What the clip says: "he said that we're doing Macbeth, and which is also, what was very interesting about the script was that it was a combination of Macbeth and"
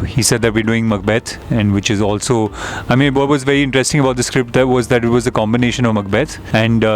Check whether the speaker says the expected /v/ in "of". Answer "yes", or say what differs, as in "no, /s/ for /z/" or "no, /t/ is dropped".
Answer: yes